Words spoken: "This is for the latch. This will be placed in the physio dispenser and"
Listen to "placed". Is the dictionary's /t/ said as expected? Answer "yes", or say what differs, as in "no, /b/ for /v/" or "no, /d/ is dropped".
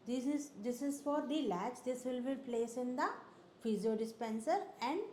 no, /t/ is dropped